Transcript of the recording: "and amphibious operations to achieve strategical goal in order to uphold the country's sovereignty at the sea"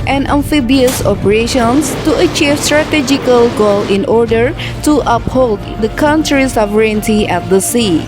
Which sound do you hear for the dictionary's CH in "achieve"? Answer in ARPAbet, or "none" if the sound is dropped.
CH